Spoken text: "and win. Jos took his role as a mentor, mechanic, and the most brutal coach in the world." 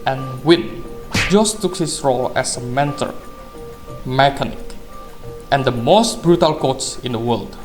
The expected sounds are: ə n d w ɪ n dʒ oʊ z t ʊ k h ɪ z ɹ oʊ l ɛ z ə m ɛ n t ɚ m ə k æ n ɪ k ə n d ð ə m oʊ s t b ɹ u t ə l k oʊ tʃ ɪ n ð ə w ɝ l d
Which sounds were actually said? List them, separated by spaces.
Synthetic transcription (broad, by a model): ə n w ɪ n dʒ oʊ s t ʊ k h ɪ s ɹ oʊ l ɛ s ə m ɛ n t ɚ m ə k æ n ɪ k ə n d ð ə m oʊ s t b ɹ u t ə l k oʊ s ɪ n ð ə w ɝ l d